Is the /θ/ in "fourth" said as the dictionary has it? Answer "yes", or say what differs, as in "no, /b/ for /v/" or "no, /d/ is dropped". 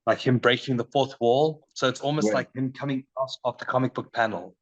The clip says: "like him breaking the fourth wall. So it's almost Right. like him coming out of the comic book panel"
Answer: yes